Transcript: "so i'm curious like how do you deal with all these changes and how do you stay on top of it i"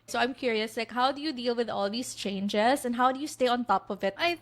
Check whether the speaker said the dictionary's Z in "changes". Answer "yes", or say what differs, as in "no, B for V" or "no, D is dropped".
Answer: no, S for Z